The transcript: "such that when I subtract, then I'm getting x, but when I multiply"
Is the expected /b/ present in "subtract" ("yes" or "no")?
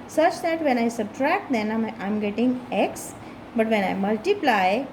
yes